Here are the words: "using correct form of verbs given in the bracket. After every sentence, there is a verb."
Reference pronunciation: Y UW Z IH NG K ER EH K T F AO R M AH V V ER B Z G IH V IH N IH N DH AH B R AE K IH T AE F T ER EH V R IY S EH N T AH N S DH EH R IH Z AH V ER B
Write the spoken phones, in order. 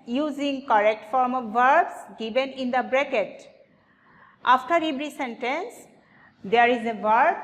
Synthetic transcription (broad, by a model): Y UW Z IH NG K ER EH K T F AO R M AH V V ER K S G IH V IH N IH N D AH B R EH K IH T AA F T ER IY B R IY S EH N T AH N S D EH R IH Z AH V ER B